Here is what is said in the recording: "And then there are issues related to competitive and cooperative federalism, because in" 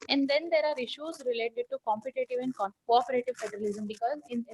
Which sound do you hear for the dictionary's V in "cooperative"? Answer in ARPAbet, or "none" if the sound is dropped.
V